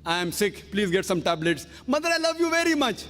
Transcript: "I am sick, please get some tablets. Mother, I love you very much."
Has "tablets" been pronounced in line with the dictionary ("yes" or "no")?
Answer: yes